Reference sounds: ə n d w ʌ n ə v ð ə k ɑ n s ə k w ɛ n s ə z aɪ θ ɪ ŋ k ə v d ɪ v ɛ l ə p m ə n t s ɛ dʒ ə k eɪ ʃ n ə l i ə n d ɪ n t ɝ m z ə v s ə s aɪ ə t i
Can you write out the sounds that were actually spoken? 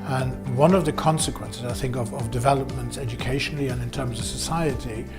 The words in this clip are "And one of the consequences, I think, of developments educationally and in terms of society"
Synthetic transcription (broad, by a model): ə n w ʌ n ə v ð ə k ɑ n s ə k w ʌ n s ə z aɪ θ ɪ ŋ k ə v d ɪ v ɛ l ə p m ə n t s ɛ dʒ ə k eɪ ʃ n l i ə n ɪ n t ɝ m z ə v s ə s aɪ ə t i